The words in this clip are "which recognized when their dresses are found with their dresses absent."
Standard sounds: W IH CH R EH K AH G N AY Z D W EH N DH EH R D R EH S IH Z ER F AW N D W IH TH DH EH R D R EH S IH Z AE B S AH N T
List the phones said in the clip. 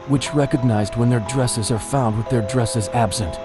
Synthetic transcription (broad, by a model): W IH CH R EH K AH G N AY Z D W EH N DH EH R D R EH S IH Z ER F AW N D W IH DH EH R D R EH S IH Z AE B S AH N T